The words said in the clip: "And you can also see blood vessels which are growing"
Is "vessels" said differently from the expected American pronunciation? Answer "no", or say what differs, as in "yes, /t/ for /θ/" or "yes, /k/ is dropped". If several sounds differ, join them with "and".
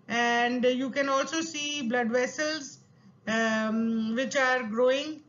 no